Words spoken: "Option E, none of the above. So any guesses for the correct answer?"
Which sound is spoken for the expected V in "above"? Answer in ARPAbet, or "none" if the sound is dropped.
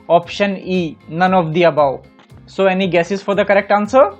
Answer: W